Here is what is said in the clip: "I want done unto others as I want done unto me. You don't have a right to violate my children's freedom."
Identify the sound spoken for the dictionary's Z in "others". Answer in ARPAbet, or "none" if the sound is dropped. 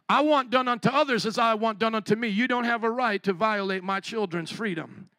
Z